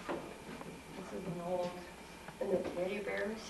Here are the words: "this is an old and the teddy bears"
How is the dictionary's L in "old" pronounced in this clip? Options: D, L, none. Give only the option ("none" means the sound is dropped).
L